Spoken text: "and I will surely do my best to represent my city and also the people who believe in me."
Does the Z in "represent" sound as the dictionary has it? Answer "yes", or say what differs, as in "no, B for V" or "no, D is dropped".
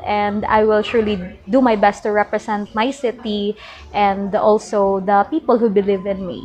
no, S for Z